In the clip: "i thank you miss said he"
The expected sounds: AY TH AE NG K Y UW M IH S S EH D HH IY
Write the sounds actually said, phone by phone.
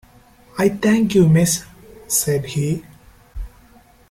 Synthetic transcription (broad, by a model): AY T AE NG K Y UW M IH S S EH D HH IY